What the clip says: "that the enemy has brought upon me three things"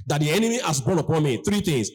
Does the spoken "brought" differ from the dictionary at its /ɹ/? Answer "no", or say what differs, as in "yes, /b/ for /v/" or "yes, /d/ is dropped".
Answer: yes, /ɹ/ is dropped